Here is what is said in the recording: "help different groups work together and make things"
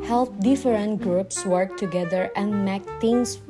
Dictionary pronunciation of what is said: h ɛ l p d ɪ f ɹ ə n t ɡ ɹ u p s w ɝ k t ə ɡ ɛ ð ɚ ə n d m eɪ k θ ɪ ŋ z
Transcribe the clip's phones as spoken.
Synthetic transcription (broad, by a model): h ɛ l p d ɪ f ɹ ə n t ɡ ɹ u p s w ɝ k t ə ɡ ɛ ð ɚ ə n d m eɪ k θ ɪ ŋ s